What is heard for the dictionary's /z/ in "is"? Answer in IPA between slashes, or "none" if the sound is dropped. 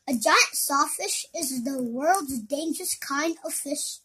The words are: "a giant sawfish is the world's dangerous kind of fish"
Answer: /z/